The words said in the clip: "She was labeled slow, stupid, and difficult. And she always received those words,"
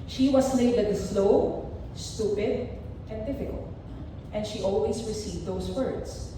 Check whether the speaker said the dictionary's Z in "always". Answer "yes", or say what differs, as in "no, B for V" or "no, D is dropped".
no, S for Z